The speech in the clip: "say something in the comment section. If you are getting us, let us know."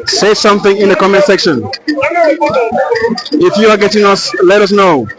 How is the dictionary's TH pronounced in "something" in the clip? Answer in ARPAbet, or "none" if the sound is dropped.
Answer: TH